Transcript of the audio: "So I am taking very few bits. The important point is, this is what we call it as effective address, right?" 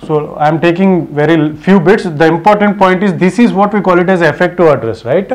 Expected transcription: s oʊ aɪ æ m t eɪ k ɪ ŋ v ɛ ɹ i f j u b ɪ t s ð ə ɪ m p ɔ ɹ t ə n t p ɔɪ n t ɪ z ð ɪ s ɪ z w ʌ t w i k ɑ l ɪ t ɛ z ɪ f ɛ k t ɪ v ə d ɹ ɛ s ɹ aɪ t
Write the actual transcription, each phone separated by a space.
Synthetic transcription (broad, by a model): s oʊ aɪ m t eɪ k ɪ ŋ v ɛ ɹ i f j u b ɪ t s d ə ɪ m p ɔ ɹ t ə n t p ɔɪ n t ɪ z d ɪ s ɪ z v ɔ t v i k ɑ l ɪ t ɛ z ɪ f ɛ k t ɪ ə d ɹ ɛ s ɹ aɪ t